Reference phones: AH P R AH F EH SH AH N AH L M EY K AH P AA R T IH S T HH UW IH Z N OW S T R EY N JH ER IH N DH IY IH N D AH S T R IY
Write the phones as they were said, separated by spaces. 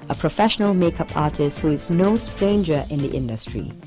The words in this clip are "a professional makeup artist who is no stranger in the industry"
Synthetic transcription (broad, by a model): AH P R AH F EH SH AH N AH L M EY K AH P AA R T IH S T HH UW IH Z N OW S T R EY N JH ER IH N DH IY IH N D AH S T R IY